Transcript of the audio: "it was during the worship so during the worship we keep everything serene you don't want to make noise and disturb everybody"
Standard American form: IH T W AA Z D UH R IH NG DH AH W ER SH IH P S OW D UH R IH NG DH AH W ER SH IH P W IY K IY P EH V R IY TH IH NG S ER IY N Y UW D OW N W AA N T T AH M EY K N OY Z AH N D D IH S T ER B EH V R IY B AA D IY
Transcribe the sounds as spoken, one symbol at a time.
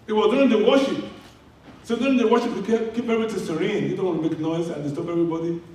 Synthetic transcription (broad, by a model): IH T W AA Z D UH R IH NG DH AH W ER SH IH P S OW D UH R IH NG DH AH W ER SH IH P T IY K IY P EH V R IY T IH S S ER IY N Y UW D OW N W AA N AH M EY K N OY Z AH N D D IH S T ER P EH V R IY B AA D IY